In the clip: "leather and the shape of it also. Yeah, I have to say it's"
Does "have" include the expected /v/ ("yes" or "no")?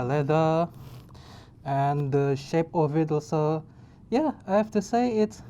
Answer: no